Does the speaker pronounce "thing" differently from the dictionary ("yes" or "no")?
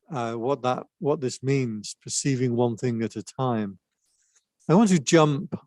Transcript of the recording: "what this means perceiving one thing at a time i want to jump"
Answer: no